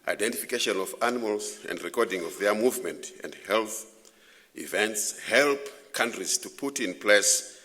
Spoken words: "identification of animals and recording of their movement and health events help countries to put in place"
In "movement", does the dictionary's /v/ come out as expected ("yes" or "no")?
yes